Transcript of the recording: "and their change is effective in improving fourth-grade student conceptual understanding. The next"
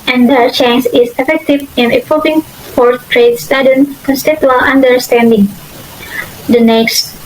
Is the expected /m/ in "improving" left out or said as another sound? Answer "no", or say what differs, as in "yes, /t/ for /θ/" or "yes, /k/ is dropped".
yes, /m/ is dropped